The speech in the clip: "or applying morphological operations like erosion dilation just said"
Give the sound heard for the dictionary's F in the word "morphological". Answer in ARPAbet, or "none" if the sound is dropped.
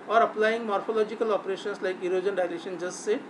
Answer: P